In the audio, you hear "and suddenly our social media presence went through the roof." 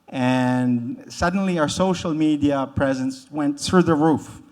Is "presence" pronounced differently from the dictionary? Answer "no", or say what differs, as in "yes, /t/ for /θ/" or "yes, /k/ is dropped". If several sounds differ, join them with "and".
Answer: no